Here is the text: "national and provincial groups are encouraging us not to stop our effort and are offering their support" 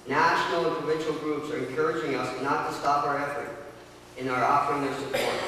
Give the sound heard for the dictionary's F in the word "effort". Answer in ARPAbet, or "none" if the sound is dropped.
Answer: F